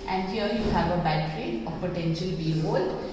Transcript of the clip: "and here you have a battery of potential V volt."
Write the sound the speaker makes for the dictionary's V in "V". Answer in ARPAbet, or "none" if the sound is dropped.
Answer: B